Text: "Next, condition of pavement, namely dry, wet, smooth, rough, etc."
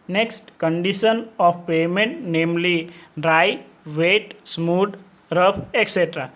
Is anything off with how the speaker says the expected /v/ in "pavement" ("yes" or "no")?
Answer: yes